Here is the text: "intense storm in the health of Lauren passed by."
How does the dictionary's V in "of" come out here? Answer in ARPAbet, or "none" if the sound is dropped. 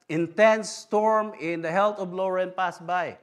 B